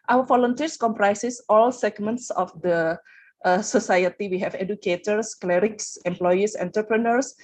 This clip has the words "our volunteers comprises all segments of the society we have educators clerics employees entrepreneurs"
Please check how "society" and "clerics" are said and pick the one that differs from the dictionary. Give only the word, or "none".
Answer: none